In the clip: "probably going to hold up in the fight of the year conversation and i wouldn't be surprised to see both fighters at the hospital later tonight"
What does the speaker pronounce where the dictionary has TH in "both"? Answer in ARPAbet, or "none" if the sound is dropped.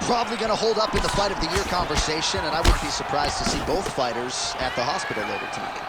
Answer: TH